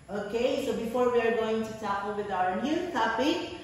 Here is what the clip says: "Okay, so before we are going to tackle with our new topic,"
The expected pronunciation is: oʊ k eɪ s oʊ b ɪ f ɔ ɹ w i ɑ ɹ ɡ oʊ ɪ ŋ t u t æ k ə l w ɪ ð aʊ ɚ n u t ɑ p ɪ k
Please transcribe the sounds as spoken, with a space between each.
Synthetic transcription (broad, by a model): oʊ k eɪ s oʊ b ɪ f ɔ ɹ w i ɑ ɹ ɡ oʊ ɪ ŋ t u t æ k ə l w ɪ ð aʊ ɚ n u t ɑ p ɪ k